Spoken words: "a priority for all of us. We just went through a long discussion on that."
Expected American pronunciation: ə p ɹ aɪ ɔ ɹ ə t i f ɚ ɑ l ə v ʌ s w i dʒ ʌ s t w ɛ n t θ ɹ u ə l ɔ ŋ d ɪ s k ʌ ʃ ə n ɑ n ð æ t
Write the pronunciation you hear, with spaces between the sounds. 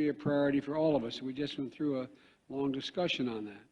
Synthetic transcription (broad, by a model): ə p ɹ aɪ ɔ ɹ ə t i f ɚ ɑ l ə v ʌ s w i dʒ ʌ s t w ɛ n θ ɹ u ə l ɔ ŋ d ɪ s k ʌ ʃ ə n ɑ n ð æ t